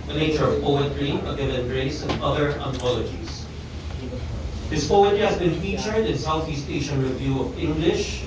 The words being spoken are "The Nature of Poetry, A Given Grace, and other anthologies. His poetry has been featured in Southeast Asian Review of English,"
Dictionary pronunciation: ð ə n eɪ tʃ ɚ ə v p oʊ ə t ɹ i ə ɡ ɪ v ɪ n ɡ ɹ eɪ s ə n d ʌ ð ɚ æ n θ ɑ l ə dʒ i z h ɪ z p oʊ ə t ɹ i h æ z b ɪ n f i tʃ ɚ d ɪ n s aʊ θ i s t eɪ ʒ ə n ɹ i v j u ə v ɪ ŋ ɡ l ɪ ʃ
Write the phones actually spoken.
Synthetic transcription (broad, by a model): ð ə n eɪ tʃ ɚ ə v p oʊ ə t ɹ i ə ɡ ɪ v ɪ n ɹ eɪ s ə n ʌ ð ɚ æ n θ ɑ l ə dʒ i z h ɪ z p oʊ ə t ɹ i h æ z b ɪ n f i tʃ ɚ d ɪ n s aʊ θ i s t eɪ ʃ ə n ɹ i v j u ə v ɪ ŋ ɡ l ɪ ʃ